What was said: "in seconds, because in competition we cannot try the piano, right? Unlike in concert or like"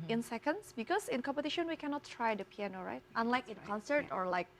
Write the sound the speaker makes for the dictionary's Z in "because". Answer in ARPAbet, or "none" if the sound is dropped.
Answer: S